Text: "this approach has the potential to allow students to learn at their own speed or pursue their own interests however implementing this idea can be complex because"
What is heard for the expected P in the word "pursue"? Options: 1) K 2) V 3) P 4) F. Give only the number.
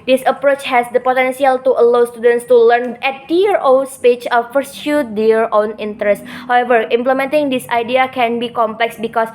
4